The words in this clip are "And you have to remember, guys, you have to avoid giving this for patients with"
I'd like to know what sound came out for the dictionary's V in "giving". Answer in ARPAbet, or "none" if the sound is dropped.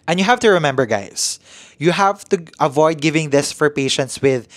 V